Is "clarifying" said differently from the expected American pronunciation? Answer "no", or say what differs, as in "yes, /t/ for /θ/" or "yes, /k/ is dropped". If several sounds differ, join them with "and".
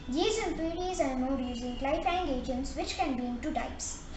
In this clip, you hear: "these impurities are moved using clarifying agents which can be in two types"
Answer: yes, /ɹ/ is dropped